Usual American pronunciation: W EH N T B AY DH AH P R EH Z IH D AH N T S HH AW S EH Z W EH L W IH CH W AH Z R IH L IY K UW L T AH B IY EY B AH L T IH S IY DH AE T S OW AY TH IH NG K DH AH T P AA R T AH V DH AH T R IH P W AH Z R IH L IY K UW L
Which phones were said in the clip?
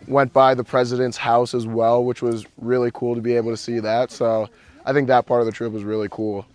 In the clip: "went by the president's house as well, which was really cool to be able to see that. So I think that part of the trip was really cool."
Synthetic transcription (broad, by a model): W EH N B AY DH AH P R EH Z IH D AH N T S HH AW S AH Z W EH L W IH CH W AH Z R IH L IY K UW L T AH B IY EY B L T IH S IY DH AE T S OW AY TH IH NG K DH AH T P AA R T AH V DH AH T R IH P W AH Z R IH L IY K UW L